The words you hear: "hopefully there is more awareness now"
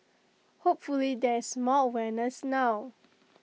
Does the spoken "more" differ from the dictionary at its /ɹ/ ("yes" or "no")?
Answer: yes